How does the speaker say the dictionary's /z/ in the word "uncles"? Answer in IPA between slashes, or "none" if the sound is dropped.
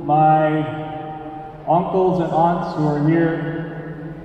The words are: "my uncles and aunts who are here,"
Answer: /z/